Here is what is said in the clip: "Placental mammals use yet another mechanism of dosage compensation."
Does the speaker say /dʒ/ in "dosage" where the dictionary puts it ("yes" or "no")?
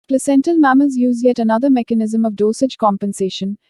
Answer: yes